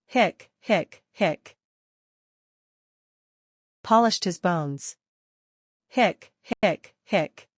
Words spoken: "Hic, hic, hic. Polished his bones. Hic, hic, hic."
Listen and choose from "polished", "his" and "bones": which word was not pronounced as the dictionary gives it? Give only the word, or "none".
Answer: none